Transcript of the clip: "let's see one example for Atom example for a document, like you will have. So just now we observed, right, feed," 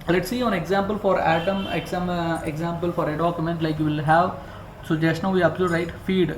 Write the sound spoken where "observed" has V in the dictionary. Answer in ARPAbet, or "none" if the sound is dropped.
none